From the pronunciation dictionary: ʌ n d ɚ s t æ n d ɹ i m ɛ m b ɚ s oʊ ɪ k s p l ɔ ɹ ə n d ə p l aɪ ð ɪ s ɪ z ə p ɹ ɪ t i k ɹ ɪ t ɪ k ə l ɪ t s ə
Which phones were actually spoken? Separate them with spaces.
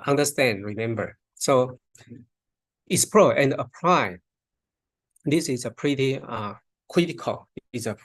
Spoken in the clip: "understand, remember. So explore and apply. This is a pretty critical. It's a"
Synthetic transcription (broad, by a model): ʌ n d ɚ s t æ n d ɹ i m ɛ m b ɚ s oʊ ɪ s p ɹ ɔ ə n d ə p l aɪ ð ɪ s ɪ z ə p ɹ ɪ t i k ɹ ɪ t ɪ k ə l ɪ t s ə